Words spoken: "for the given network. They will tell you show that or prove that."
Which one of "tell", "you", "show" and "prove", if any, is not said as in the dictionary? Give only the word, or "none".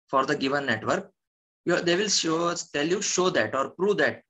none